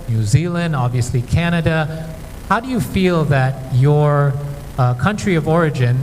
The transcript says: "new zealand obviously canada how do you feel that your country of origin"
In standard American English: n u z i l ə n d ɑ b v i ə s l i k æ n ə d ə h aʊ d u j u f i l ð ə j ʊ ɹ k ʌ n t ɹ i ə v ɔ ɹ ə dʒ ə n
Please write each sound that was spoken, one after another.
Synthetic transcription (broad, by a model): n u z i l ə n d ɑ b v i ə s l i k æ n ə d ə h aʊ d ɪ j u f i l ð ə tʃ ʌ ɹ k ʌ n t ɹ i ə v ɔ ɹ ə dʒ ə n